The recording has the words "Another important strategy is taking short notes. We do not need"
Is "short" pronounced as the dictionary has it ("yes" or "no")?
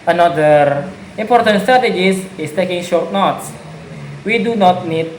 yes